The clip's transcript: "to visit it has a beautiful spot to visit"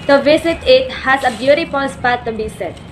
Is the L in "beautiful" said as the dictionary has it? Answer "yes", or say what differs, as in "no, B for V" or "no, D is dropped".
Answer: no, N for L